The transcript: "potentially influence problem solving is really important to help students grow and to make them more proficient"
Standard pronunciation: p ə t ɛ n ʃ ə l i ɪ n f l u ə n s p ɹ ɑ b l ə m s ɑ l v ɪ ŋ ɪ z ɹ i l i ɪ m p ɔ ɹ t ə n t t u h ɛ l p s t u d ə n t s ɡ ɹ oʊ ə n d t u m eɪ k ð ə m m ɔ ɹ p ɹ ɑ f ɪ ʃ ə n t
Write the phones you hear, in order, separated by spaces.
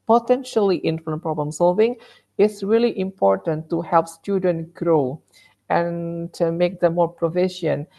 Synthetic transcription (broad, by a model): p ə t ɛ n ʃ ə l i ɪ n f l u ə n p ɹ ɑ b l ə m s ɑ l v ɪ ŋ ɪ s ɹ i l i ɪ m p ɔ ɹ t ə n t t u h ɛ l p s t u d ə n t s ɡ ɹ oʊ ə n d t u m eɪ k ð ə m m ɔ ɹ p ɹ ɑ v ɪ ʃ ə n